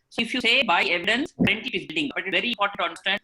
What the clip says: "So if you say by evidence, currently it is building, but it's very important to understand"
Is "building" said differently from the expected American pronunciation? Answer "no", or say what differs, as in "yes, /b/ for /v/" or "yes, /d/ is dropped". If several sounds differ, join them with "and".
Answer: yes, /l/ is dropped